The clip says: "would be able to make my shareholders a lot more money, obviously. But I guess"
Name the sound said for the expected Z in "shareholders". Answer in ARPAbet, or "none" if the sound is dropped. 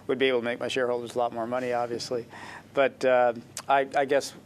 Z